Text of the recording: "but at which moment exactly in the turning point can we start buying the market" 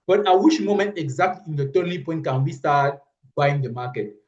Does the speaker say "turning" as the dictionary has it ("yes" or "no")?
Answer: no